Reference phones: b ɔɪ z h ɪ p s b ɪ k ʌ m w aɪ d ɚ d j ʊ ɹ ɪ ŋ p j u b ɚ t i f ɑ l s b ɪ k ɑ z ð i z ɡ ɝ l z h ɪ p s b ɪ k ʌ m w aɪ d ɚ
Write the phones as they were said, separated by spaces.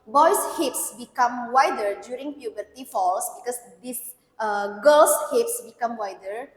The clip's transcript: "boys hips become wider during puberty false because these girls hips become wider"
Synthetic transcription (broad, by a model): b ɔɪ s h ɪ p s b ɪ k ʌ m w aɪ d ɚ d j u ɹ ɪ ŋ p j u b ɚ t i f ɑ l s b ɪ k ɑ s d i s ɡ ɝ l s h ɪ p s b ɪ k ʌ m w aɪ d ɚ